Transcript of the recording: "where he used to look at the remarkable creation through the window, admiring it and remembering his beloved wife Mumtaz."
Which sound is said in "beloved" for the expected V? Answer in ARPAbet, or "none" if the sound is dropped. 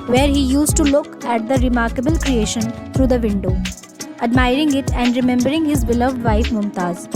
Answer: V